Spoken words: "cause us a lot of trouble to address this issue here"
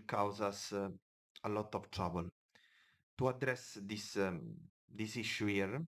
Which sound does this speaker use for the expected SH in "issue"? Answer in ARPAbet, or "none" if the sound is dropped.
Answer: S